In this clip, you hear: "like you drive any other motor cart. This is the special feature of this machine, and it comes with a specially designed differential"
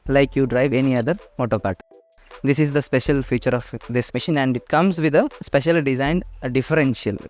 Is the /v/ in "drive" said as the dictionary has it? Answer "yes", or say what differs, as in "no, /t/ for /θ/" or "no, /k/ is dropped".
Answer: yes